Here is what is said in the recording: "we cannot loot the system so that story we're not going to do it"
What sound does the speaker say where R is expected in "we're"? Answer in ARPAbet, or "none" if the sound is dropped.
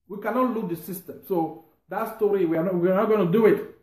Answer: W